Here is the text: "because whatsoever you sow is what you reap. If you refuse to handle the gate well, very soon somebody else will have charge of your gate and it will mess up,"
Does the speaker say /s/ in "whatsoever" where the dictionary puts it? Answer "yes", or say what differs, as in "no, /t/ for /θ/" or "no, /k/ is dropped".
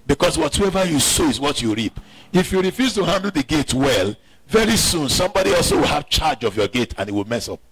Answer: no, /s/ is dropped